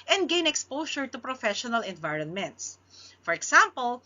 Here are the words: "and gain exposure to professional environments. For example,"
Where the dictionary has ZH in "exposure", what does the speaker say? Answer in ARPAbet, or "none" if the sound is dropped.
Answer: SH